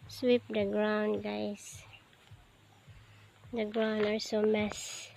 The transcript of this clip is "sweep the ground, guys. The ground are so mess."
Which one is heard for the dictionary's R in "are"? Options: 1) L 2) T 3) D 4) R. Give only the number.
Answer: 1